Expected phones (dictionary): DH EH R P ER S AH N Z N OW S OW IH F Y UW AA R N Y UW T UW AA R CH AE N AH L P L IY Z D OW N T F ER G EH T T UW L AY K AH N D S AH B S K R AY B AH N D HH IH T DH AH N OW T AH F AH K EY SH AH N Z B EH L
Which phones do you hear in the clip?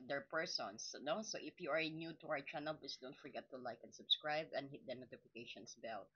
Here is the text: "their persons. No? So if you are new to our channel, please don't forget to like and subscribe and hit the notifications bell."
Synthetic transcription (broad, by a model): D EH R P ER S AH N S N OW S OW IH F Y UW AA R N Y UW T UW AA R CH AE N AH L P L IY S D OW N T F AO G EH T T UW L AY K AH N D S AH B S K R AY B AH N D HH IH T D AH N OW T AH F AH K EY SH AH N S B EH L